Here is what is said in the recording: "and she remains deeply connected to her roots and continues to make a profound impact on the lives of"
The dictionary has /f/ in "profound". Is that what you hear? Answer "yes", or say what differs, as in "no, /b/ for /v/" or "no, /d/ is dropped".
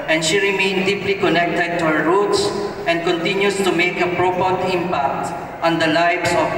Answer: no, /p/ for /f/